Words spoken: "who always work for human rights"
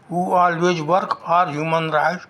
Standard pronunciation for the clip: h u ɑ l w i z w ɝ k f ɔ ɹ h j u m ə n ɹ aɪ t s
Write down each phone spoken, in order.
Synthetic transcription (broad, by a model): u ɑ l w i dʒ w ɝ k p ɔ ɹ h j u m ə n ɹ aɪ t